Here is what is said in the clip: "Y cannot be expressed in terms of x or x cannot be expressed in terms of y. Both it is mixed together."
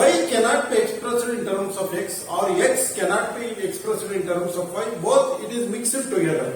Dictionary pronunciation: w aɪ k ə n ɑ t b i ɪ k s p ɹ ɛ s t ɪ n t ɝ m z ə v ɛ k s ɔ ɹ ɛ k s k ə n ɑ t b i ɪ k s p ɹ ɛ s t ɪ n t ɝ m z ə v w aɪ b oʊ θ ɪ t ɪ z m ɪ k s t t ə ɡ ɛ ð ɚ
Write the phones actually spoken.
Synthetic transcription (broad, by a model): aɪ k ə n ɑ t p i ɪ k s p ɹ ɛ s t ɪ n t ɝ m s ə p ɛ k s ɔ ɹ ɛ k s k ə n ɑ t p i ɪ k s p ɹ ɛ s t ɪ n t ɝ m s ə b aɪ b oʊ t ɪ t ɪ z m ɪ k s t t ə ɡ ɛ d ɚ